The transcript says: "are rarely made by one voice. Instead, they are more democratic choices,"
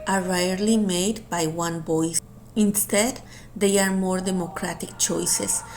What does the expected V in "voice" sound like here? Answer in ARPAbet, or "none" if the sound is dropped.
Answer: B